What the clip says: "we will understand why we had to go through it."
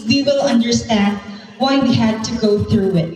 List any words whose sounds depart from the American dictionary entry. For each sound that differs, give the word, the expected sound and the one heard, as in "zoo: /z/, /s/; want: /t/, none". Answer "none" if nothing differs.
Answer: none